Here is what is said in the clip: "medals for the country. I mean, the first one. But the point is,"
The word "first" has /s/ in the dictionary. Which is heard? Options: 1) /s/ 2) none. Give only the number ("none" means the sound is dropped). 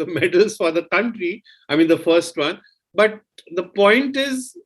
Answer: 1